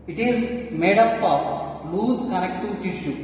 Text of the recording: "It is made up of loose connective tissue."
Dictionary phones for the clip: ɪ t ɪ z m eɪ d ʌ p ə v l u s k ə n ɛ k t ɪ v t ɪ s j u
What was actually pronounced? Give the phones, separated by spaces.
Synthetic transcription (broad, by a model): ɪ t ɪ z m eɪ d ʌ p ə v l u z k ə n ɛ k t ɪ t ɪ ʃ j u